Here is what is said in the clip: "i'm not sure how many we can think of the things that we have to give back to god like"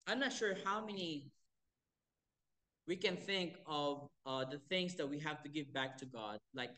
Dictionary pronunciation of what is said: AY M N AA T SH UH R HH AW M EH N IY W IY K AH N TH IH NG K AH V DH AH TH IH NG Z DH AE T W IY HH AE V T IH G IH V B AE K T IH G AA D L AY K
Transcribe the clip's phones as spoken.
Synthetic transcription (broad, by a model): AY M N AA T SH UH R HH AW M EH N IY W IY K AH N TH IH NG K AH V DH AH TH IH NG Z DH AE T W IY HH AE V T IH G IH V B AE K T IH G AA D L AY K